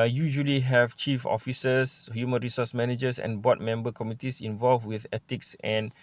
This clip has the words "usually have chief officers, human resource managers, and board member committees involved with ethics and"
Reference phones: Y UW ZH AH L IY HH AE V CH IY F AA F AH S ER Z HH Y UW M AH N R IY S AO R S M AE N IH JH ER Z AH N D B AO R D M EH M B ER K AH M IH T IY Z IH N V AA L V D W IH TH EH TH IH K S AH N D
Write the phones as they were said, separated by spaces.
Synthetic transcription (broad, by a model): Y UW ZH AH L IY HH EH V CH IY F AA F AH S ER S HH Y UW M AH N R IY S AO S M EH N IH JH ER S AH N B AO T M EH M B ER K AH M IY T IY S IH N V AA L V W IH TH EH T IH K S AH N